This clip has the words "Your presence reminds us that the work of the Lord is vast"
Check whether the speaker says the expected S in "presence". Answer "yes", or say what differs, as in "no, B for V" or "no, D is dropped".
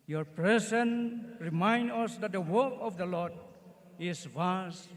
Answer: no, S is dropped